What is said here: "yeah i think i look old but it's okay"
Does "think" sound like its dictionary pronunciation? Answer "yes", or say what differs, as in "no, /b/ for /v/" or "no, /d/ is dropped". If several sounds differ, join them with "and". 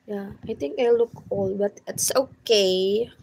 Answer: no, /t/ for /θ/